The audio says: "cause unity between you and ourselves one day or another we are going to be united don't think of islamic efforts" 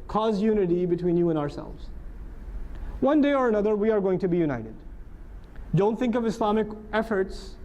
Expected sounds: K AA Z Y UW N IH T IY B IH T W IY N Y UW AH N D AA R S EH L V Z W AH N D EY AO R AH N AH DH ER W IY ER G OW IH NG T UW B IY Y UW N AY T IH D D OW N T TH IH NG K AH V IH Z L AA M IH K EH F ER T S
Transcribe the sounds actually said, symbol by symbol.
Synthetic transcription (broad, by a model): K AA Z Y UW N IH T IY B IH T W IY N Y UW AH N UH AA R S EH L V Z W AH N D EY AO R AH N AH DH ER W IY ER G OW IH NG T UW B IY Y UW N AY T IH D D OW N T TH IH NG K AH V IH S L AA M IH K EH F ER T S